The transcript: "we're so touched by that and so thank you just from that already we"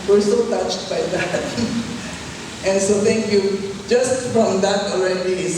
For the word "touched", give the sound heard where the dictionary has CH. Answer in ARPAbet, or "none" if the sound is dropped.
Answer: CH